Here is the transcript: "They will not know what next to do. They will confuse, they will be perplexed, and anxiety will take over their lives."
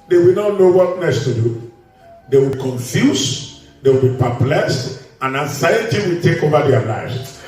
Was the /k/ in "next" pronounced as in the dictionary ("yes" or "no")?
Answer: no